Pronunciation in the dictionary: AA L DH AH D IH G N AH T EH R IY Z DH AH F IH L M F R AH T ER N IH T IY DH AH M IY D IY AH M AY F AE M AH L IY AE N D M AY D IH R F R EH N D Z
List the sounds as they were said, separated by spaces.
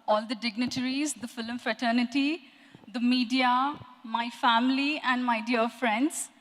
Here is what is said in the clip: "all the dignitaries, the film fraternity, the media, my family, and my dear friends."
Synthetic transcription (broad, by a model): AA L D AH D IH G N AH T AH R IY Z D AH F IH L M F R AH T ER N IH T IY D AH M IY D IY AH M AY F AE M AH L IY AE N D M AY D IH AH F R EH N D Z